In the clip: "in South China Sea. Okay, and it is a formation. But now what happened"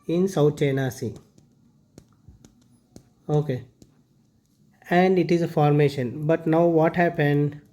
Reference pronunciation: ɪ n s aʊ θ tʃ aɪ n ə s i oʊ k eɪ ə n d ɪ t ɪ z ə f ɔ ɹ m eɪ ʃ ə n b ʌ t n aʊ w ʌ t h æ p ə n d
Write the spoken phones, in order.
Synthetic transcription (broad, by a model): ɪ n s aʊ t tʃ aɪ n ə s i oʊ k eɪ ə n d ɪ t ɪ z ə f ɔ ɹ m eɪ ʃ ə n b ʌ t n aʊ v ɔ t h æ p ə n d